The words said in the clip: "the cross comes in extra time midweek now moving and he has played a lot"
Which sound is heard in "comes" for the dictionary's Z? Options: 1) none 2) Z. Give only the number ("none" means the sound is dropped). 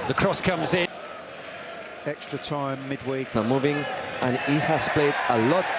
2